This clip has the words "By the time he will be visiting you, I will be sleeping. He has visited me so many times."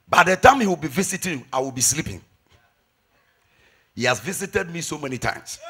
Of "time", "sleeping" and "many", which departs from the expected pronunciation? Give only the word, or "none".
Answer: none